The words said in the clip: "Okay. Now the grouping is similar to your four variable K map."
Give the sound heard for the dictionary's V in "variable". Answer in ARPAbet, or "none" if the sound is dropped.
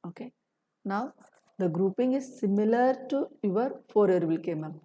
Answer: F